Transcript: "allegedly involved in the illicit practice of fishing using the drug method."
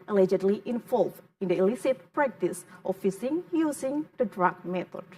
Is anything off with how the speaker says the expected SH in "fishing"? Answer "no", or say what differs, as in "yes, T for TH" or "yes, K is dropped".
yes, S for SH